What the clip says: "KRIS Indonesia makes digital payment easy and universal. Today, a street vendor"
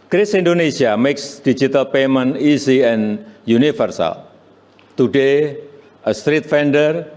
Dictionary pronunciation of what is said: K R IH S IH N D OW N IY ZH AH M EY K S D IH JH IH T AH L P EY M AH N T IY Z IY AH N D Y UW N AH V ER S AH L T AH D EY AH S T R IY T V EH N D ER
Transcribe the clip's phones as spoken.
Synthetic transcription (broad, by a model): K R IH S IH N D OW N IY S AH M EY K S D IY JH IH T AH L P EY M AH N IY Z IY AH N Y UW N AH F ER S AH L T AH D EY AH S T R IY T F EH N D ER